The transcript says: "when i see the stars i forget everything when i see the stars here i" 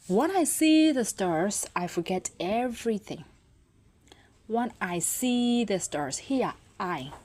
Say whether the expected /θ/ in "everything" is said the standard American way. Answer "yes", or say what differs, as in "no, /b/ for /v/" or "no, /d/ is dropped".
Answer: yes